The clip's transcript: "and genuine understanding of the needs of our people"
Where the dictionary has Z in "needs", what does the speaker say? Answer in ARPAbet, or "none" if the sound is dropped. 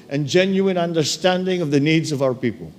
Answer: Z